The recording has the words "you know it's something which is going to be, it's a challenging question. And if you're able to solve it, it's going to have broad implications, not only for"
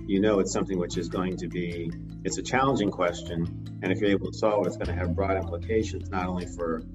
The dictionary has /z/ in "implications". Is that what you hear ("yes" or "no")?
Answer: yes